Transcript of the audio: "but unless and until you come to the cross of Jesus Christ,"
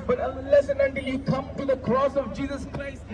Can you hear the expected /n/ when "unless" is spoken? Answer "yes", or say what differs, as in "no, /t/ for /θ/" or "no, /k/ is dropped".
no, /n/ is dropped